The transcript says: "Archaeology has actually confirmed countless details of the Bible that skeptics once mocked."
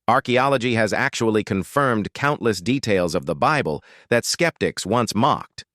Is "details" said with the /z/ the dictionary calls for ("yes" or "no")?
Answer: yes